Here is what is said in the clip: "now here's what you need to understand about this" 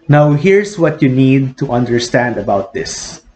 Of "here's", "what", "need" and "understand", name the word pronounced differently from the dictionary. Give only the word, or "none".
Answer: here's